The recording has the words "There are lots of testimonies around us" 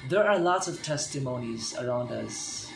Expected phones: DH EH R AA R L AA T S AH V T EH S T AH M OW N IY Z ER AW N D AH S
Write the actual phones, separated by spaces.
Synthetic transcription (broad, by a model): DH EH R AA R L AA T S AH V T EH S T AH M OW N IY Z ER AW N D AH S